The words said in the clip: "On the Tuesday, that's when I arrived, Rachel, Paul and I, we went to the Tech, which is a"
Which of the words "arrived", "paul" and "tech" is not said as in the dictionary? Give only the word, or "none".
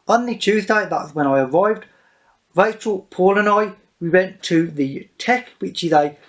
none